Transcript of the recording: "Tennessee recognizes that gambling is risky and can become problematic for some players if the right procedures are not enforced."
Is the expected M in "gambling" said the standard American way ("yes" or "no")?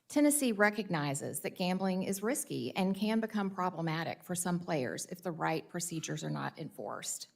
yes